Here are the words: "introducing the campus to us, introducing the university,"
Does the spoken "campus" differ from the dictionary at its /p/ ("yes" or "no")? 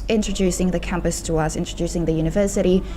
no